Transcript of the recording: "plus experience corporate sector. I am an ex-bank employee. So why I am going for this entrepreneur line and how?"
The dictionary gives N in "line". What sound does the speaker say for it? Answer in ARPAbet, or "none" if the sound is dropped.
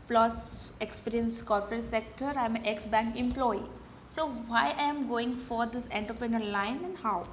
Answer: N